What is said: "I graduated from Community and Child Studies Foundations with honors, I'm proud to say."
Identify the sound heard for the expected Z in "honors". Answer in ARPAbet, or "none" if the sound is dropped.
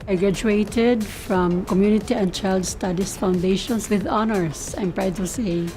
S